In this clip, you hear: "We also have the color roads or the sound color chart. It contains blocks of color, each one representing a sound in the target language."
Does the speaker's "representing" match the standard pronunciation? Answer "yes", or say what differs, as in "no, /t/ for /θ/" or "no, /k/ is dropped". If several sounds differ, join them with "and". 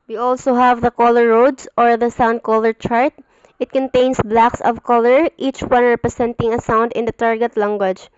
no, /s/ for /z/